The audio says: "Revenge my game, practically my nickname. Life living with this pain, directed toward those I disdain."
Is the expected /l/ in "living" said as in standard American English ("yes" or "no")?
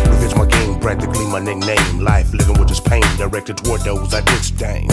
yes